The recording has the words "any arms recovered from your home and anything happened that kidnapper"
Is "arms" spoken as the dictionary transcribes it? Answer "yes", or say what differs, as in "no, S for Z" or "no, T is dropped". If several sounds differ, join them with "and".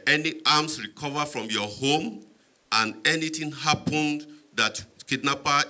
no, S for Z